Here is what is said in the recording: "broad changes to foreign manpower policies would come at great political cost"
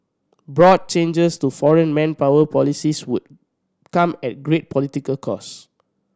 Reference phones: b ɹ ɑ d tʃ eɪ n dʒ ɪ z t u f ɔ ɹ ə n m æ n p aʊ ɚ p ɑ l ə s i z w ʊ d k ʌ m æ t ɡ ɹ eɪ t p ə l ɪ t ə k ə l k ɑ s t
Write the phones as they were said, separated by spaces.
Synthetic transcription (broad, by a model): b ɹ ɑ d tʃ eɪ n dʒ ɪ s t u f ɔ ɹ ə n m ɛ n p aʊ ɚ p ɑ l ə s i s w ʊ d k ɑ m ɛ t ɡ ɹ eɪ t p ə l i t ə k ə l k ɑ s